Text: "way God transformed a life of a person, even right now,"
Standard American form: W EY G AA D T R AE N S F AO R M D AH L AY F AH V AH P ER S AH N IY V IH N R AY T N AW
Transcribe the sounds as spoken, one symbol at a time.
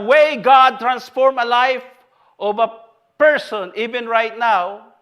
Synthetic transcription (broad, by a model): W EY G AA D T R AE N S F AO R M AH L AY F AH V AH P ER S AH N IY V IH N R AY T N AW